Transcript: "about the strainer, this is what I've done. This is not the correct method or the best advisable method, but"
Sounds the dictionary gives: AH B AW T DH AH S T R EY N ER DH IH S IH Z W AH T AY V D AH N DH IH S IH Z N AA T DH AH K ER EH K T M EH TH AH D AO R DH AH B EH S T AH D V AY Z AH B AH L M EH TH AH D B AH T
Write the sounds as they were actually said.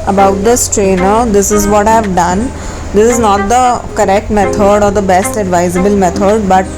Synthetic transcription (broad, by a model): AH B AW T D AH S T R EY N ER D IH S IH Z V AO T AY V D AH N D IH S IH Z N AA T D AH K ER EH K T M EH T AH D AO R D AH B EH S T AH D V AY Z AH B AH L M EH T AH D B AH T